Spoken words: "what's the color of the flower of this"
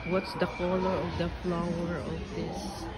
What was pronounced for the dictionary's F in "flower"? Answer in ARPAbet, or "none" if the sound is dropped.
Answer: F